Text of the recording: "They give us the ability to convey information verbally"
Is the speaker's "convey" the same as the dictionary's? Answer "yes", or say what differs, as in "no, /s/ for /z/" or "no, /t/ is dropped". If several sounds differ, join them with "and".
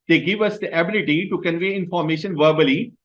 yes